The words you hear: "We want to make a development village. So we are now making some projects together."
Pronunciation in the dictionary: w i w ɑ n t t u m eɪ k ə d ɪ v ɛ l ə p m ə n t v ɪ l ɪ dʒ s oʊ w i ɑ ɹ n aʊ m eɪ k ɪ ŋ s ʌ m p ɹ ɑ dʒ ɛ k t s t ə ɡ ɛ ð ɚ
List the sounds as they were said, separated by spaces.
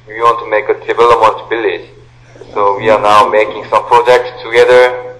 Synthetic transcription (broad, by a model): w i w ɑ n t t u m eɪ k ə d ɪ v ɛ l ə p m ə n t b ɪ l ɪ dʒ s oʊ w i ɑ ɹ n aʊ m eɪ k ɪ ŋ s ʌ m p ɹ ɑ dʒ ɛ k t s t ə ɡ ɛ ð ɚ